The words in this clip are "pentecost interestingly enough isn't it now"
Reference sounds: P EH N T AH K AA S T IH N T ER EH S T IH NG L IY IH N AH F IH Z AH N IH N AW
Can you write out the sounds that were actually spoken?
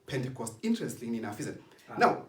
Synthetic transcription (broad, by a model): P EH N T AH K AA S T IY N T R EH S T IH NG IY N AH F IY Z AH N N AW